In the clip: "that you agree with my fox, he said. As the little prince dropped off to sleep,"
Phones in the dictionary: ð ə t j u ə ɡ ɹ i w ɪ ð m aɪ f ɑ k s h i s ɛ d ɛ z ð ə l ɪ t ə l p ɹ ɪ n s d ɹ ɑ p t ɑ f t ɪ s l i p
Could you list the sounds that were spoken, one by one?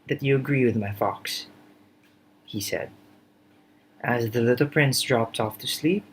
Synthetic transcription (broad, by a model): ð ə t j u ə ɡ ɹ i w ɪ ð m aɪ f ɑ k s h i s ɛ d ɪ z ð ə l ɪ t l p ɹ ɪ n s d ɹ ɑ p t ɑ f t ɪ s l i p